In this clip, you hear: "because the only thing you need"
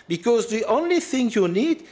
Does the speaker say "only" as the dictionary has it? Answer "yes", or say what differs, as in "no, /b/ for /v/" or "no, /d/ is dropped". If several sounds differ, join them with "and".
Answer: yes